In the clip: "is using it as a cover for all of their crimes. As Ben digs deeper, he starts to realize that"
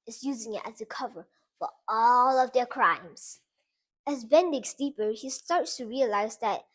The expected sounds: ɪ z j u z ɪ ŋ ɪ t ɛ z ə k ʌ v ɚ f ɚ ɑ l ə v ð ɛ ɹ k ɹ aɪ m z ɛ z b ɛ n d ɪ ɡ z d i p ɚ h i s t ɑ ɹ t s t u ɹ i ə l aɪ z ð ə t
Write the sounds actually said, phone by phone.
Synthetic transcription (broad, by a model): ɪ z j u z ɪ ŋ ɪ t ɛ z ə k ʌ v ɚ f ɚ ɑ l ə v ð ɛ ɹ k ɹ aɪ m z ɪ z b ɛ n d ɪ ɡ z d i p ɚ h i s t ɑ ɹ t s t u ɹ i ə l aɪ z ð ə t